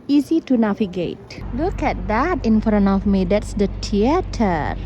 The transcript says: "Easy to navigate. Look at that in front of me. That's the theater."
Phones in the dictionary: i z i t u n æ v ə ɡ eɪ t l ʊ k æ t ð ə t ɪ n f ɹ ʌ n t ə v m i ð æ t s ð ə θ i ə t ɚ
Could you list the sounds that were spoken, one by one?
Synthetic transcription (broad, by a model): i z i t u n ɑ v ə ɡ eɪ t l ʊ k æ t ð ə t ɪ n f ɹ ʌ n ə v m i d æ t s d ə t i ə t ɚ